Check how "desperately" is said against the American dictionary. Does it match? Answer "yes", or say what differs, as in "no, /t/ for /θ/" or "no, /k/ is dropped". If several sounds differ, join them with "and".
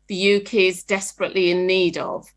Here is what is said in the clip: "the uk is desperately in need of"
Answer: yes